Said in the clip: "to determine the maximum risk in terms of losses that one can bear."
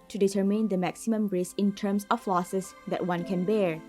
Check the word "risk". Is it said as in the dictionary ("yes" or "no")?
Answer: no